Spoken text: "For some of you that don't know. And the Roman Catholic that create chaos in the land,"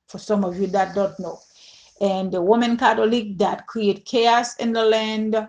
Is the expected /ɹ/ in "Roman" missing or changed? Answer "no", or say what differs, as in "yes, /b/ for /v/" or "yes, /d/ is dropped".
yes, /w/ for /ɹ/